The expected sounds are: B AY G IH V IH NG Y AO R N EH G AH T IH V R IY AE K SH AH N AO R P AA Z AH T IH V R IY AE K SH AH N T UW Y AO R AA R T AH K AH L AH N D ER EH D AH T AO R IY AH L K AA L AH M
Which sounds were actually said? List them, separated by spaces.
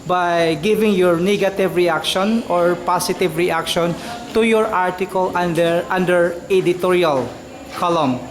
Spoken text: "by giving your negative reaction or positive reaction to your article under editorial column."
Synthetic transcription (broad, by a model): B AY G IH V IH NG Y AO R N EH G AH T IH V R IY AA K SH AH N AO R P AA S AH T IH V R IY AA K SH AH N T UW Y AO R AA R T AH K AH L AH N D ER EH D AH T AO R IY AH L K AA L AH M